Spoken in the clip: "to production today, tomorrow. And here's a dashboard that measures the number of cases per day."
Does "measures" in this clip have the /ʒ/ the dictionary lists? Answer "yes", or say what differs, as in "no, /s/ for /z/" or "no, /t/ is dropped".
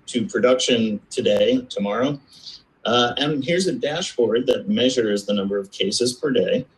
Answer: yes